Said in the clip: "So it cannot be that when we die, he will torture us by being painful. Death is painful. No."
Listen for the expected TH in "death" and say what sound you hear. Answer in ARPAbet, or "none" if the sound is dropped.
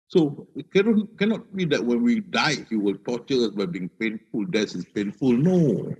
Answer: S